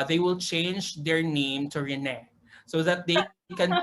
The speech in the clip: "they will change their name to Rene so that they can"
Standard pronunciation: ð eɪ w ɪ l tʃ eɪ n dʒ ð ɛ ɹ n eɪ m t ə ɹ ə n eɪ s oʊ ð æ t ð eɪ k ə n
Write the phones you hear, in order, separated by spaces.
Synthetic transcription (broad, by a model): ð eɪ w ɪ l tʃ eɪ n dʒ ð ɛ ɹ n eɪ m t ə ɹ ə n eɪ s oʊ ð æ t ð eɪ k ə n